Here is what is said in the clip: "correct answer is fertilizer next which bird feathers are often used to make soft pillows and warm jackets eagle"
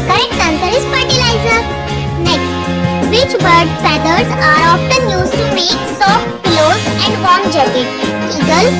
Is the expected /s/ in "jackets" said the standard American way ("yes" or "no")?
no